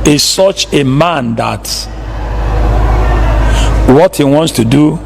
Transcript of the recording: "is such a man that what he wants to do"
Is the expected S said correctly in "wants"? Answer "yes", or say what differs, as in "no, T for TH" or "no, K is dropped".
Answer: yes